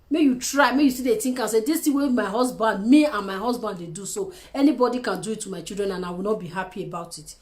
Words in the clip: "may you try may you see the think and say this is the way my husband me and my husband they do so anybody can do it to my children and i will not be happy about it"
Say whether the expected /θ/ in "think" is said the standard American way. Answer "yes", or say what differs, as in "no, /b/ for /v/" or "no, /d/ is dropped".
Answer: no, /t/ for /θ/